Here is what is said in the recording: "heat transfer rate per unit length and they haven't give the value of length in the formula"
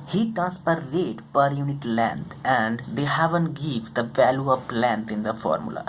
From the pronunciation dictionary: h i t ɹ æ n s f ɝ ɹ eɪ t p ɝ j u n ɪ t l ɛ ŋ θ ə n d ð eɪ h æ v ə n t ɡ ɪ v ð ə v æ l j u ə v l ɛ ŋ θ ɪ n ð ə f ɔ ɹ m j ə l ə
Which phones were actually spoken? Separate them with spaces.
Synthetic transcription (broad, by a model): h i t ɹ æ n s p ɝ ɹ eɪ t p ɝ j u n ɪ t l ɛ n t ə n d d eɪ h æ v ə n t ɡ ɪ v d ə v æ l j u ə p l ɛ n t ɪ n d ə f ɔ ɹ m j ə l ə